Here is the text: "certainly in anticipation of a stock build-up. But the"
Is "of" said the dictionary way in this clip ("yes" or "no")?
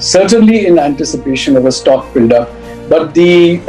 yes